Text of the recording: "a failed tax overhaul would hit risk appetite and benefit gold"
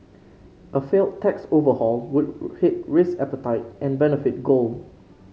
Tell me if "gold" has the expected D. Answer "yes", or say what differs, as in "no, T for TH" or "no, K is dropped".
no, D is dropped